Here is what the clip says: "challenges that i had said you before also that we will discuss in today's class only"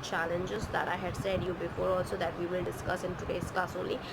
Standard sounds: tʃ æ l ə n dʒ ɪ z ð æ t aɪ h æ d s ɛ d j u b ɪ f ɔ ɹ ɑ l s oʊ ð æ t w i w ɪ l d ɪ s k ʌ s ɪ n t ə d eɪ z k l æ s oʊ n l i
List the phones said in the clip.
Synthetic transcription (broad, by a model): tʃ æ l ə n dʒ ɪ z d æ t aɪ h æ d s ɛ d j u b ɪ f ɔ ɹ ɑ l s oʊ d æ t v i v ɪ l d ɪ s k ʌ s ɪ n t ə d eɪ s k ɑ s oʊ n l i